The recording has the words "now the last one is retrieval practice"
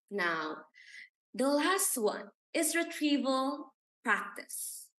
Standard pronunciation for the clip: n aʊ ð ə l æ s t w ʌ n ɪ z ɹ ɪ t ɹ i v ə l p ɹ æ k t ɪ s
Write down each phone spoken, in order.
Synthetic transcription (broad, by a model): n aʊ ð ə l æ s t w ʌ n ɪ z ɹ ɪ t ɹ i v ə l p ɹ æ k t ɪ s